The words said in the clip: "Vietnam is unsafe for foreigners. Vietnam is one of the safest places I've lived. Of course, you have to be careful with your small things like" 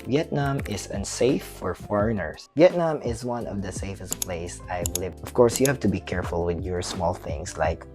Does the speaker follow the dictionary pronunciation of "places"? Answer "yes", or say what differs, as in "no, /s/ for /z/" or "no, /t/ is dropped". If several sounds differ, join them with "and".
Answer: no, /s/ is dropped and /s/ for /z/